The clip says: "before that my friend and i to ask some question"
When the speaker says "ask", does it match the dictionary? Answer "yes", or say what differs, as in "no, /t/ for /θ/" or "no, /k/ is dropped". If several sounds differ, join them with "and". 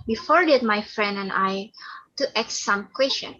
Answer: no, /s/ is dropped